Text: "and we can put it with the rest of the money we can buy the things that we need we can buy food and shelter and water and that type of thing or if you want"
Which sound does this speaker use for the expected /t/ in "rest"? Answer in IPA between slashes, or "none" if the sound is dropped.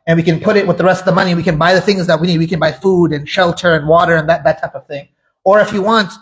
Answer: /t/